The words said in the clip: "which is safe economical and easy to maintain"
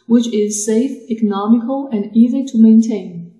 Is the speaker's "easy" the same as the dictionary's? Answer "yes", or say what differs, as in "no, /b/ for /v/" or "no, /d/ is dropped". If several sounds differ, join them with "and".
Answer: yes